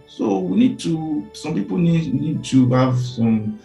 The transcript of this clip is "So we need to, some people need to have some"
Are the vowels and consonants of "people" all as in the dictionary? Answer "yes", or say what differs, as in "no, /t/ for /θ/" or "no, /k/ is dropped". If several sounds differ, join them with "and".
no, /n/ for /l/